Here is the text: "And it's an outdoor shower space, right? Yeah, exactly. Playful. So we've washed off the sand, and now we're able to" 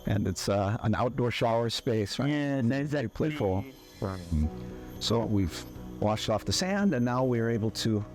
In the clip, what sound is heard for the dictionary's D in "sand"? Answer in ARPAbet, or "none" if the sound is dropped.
D